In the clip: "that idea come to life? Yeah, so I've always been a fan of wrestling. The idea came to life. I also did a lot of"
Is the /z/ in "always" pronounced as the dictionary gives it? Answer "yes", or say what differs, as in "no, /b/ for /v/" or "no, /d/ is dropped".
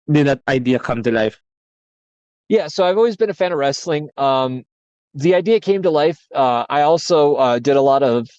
yes